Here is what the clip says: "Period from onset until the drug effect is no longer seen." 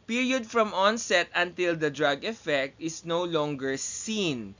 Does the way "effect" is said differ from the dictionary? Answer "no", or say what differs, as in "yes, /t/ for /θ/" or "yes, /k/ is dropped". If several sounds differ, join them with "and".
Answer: no